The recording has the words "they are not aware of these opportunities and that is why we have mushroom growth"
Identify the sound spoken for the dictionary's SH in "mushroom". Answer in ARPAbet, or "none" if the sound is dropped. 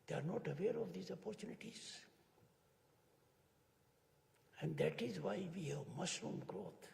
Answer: S